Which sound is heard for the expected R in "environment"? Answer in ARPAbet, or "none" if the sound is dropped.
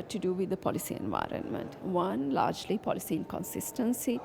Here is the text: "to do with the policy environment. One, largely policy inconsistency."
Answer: R